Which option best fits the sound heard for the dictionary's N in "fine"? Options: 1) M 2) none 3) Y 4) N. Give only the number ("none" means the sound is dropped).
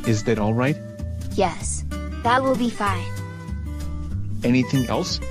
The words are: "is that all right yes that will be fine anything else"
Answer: 4